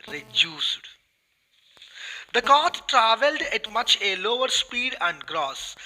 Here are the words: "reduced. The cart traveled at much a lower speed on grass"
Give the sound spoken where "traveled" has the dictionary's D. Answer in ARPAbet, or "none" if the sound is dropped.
D